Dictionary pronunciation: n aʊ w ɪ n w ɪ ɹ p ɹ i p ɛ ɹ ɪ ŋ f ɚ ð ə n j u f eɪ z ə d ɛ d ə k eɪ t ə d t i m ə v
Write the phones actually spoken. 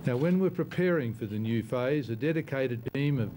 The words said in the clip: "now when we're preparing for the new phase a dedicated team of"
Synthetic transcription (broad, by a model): n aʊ w ɪ n w ɪ ɹ p ɹ i p ɛ ɹ ɪ ŋ f ɚ ð ə n j u f eɪ z ə d ɛ d ə k eɪ t ə d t i m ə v